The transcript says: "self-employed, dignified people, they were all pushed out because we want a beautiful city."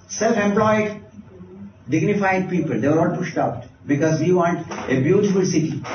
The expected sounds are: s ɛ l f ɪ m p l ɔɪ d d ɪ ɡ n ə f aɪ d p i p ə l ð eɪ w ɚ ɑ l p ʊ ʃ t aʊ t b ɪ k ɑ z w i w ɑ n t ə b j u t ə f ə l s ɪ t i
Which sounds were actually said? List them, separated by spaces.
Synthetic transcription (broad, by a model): s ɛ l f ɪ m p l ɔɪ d d ɪ ɡ n ə f aɪ d p i p ə l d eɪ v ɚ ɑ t p ʊ ʃ t aʊ t b ɪ k ɑ z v i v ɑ n t ə b j u t ə f ə l s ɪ t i